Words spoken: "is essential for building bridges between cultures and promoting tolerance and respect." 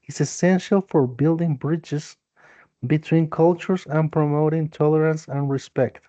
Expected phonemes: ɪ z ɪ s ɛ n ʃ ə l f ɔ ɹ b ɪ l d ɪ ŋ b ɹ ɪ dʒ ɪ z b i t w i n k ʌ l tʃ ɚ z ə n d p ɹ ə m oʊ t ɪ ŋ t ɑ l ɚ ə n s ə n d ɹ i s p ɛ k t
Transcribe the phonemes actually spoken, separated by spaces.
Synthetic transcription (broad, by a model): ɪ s ɪ s ɛ n ʃ ə l f ɔ ɹ b ɪ l d ɪ ŋ b ɹ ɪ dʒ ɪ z b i t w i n k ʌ l tʃ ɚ s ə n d p ɹ ə m oʊ t ɪ ŋ t ɑ l ɚ ə n s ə n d ɹ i s p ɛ k t